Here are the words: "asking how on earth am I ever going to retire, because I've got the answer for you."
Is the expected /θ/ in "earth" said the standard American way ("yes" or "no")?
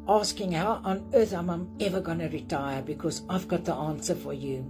yes